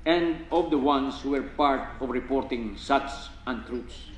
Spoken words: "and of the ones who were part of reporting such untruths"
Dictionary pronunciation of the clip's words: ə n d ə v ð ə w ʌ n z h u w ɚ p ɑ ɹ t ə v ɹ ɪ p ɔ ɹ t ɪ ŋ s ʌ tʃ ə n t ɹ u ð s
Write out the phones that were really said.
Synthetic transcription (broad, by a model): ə n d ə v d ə w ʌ n s h u w ɚ p ɑ ɹ t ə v ɹ ɪ p ɔ ɹ t ɪ ŋ s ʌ s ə n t ɹ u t s